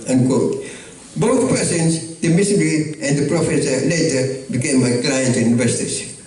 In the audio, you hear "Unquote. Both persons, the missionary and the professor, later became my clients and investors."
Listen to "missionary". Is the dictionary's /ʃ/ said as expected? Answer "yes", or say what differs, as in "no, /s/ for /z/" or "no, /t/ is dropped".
no, /s/ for /ʃ/